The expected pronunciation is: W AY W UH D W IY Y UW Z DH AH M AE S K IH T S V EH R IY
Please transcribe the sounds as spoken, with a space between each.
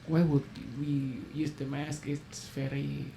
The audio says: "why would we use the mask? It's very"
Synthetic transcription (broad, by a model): W AY W UH D W IY Y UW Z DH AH M AE S K IH T S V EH R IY